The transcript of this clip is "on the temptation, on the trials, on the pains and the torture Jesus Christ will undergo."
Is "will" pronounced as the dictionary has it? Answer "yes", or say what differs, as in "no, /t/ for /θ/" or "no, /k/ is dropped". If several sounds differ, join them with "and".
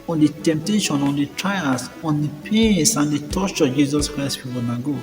no, /w/ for /l/